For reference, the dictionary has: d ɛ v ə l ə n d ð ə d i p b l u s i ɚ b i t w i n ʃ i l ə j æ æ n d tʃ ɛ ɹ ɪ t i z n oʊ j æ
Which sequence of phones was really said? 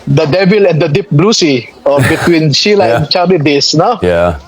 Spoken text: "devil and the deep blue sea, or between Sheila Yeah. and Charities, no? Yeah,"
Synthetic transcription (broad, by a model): d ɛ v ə l ə n d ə d i p b l u s i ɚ b i t w i n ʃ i l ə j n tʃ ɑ l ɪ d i s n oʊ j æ